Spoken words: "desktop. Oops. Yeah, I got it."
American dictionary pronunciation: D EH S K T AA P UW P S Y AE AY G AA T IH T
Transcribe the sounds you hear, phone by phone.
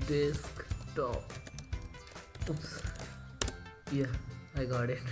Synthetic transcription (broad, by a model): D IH S K T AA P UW S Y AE AY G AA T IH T